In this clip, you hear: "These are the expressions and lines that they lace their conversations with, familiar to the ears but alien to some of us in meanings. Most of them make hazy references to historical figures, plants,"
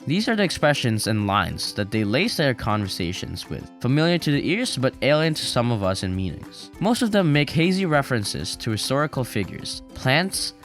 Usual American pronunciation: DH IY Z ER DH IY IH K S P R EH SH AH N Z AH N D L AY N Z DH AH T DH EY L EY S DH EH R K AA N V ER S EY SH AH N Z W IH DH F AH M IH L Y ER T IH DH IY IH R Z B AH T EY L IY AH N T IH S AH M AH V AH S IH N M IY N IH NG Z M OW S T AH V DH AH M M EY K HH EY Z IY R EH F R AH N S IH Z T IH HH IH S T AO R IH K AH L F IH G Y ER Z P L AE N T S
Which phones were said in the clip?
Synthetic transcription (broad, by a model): DH IY Z ER DH IY IH K S P R EH SH AH N Z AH N L AY N Z DH AH T DH EY L EY S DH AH R K AA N V ER S EY SH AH N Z W IH DH F AH M IH L Y ER T IH DH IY IH R Z B AH T EY L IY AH N T IH S AH M AH V AH S IH N M IY N IH NG Z M OW S T AH V DH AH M M EY K HH EY Z IY R EH F R AH N S IH Z T IH HH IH S T AO R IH K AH L F IH G Y ER Z P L AE N T S